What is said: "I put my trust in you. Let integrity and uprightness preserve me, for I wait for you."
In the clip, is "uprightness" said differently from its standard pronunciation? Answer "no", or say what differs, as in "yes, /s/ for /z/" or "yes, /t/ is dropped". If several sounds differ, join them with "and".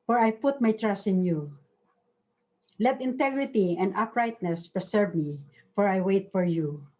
no